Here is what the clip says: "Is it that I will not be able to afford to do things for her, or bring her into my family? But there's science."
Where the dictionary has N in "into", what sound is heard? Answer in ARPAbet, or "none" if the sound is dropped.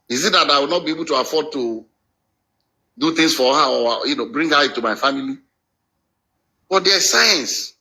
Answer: none